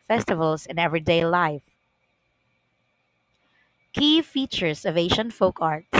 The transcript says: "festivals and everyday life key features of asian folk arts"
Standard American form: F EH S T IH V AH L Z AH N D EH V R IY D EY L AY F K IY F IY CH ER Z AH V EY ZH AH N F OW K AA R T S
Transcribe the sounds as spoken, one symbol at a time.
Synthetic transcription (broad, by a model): F EH S T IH V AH L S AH N EH V R IY D EY L AY F K IY F IY CH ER S AH V EY SH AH N F OW K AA R T